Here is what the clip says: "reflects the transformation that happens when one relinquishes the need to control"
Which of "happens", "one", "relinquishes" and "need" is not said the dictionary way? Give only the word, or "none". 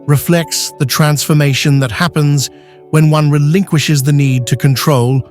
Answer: none